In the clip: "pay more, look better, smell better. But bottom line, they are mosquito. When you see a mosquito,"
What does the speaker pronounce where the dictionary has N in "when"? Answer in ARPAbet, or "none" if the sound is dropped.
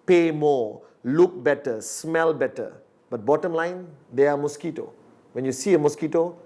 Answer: N